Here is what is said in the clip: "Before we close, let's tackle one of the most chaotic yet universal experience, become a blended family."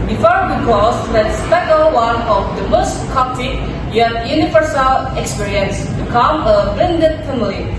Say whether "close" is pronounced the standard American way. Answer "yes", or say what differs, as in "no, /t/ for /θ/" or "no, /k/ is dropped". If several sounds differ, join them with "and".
no, /l/ is dropped